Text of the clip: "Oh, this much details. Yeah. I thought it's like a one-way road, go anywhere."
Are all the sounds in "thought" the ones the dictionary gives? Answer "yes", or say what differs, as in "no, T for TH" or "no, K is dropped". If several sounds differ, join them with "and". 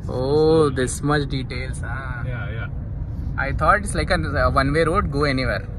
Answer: no, T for TH